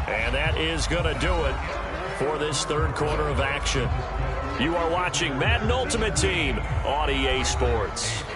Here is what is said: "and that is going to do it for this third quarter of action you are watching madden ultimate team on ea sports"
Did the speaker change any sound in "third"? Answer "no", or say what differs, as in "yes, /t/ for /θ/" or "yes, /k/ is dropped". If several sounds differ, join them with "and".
no